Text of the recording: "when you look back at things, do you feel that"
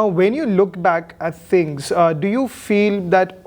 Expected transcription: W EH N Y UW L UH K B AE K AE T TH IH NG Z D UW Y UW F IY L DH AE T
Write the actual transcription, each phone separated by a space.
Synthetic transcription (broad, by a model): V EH N Y UW L UH K B AE K AE T T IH NG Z D UW Y UW F IY L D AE T